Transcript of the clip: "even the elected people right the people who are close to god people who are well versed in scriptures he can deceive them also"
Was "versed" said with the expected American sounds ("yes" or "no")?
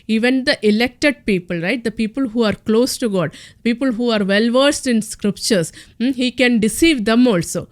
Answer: yes